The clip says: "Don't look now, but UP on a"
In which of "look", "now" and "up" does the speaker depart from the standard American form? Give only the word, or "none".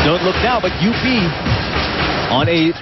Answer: up